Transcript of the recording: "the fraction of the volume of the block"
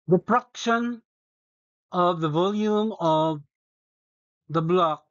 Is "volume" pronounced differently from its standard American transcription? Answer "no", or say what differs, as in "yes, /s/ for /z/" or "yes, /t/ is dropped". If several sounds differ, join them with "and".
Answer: no